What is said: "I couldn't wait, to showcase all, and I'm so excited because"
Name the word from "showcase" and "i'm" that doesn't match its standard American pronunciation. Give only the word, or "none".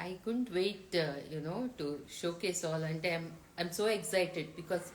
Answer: none